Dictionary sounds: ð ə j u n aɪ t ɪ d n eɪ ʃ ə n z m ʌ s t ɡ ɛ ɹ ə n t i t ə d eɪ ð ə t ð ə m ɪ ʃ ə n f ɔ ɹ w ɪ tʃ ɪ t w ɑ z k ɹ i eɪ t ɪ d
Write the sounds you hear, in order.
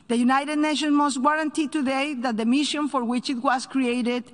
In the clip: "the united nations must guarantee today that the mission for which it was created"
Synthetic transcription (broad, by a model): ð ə j u n aɪ t ɪ d n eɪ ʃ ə n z m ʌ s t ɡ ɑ ɹ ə n t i t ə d eɪ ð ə t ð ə m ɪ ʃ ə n f ɔ ɹ w ɪ tʃ ɪ t w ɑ s k ɹ i eɪ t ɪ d